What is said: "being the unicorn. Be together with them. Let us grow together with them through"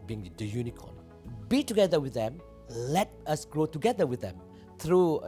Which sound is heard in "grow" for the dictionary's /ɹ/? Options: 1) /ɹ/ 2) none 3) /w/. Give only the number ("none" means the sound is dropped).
1